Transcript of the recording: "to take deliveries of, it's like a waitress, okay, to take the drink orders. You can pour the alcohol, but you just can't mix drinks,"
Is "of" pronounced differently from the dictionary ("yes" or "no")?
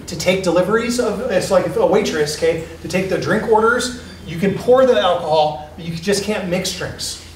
no